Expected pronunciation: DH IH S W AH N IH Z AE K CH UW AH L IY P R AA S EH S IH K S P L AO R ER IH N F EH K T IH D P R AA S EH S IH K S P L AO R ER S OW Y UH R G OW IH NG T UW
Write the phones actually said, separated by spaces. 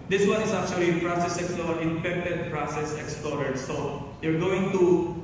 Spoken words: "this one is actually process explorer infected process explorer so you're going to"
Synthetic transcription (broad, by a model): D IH S W AH N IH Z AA K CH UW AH L IY P R AA S EH S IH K S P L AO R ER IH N P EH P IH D P R AA S EH S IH K S P L AO R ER S OW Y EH R G OW IH NG T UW